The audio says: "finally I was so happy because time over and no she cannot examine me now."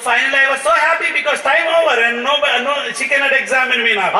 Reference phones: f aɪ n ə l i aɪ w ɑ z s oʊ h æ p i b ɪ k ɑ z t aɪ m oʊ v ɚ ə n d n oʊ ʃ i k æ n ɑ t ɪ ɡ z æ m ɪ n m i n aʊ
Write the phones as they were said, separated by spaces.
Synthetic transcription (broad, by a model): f aɪ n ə l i aɪ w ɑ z s oʊ h æ p i b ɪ k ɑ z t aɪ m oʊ b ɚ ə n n n oʊ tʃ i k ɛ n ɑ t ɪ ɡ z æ m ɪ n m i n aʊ